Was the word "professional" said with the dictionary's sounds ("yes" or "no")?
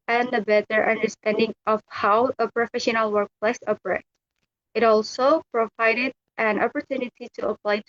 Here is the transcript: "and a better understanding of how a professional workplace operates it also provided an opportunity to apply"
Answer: yes